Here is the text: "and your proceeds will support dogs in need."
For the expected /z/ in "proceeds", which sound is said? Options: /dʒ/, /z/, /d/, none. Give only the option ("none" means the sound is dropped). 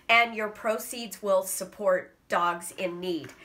/z/